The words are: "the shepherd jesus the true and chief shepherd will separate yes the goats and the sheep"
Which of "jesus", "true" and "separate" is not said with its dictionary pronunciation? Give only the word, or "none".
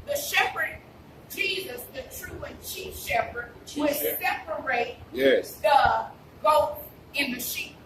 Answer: none